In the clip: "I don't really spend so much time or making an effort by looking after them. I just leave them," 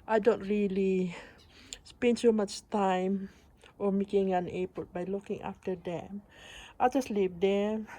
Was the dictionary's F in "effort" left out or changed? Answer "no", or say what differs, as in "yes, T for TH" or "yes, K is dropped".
yes, P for F